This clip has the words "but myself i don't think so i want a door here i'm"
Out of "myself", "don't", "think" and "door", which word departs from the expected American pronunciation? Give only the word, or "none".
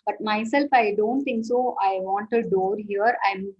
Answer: think